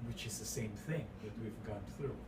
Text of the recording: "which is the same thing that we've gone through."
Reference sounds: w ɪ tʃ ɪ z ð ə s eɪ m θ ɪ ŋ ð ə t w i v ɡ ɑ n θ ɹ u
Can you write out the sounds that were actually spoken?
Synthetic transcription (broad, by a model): w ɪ tʃ ɪ z ð ə s eɪ m θ ɪ ŋ ð ə t w i v ɡ ɑ n θ ɹ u